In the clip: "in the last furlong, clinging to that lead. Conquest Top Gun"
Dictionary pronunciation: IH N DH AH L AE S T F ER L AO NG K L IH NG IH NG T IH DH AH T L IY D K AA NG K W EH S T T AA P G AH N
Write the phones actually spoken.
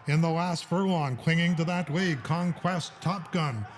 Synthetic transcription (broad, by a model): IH N DH AH L AE S T F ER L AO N K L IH NG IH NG T IH DH AH T W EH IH K AA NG K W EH S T T AA P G AH N